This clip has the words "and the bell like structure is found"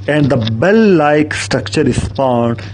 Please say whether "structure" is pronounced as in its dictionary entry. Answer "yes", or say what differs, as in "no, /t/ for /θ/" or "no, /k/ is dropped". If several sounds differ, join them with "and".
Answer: yes